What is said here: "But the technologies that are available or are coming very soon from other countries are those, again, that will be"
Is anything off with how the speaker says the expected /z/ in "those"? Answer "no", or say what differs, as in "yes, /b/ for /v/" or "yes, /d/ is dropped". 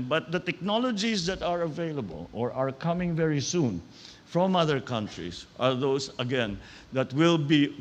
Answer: yes, /s/ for /z/